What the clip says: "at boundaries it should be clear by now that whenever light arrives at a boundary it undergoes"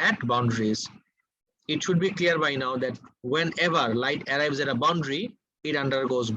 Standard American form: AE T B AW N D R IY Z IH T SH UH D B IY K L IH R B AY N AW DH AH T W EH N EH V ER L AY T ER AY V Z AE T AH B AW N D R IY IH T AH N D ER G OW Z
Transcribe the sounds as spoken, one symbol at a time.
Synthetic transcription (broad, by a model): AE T B AW N D R IY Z IH T SH UH D B IY K L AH R B AY N AW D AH T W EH N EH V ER L AY T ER AY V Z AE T AH B AW N D R IY IH T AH N D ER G OW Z